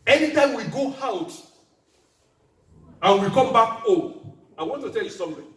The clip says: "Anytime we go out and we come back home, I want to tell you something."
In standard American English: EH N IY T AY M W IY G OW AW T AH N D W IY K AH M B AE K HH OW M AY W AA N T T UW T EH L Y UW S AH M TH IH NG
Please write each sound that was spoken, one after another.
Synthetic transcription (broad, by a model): EH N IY T AY M W IY G OW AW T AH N W IY K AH M B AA K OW AY W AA N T T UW T EH L Y UW S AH M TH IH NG